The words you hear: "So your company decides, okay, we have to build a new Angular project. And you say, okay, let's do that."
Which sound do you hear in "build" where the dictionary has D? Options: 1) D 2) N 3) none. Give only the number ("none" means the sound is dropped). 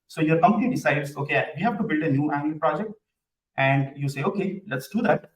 1